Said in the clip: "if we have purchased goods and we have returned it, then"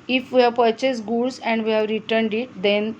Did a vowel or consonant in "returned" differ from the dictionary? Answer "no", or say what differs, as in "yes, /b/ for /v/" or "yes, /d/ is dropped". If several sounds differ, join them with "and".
no